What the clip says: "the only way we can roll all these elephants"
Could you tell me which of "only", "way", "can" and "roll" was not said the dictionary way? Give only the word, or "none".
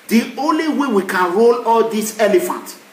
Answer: none